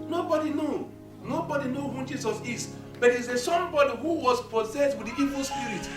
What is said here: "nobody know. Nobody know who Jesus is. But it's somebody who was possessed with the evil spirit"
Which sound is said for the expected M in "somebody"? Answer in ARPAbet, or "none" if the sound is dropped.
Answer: none